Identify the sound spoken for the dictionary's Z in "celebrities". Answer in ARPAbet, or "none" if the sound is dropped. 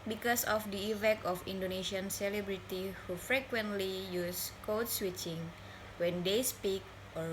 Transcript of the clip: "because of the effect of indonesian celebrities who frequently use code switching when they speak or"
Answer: none